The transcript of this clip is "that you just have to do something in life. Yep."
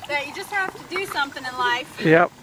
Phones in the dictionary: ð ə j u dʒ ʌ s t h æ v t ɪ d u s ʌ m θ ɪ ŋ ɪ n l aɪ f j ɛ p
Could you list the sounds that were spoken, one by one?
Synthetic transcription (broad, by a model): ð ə j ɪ dʒ ʌ s t h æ f t ɪ d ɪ s ʌ m θ ɪ ŋ ɪ n l aɪ f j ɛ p